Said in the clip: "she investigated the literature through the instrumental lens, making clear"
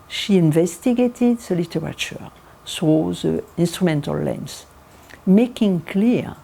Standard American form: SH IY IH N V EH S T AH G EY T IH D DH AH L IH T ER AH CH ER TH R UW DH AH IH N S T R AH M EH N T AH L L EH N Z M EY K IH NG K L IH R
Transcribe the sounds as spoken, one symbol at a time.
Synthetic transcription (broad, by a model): SH IY IH N V EH S T AH G EY T IH D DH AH L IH T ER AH CH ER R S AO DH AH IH N S T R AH M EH N T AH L L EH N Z M EY K IH NG K L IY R